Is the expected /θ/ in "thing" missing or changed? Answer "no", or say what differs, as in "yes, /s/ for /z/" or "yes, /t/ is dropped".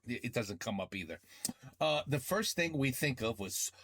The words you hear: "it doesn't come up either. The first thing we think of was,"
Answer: no